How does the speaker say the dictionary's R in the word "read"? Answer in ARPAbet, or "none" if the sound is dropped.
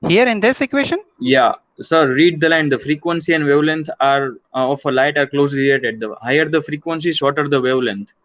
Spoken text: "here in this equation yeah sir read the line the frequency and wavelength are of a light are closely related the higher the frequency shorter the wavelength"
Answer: R